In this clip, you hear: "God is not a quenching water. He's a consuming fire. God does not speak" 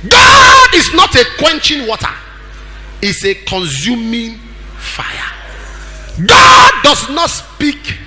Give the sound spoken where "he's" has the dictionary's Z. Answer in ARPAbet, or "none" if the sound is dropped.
S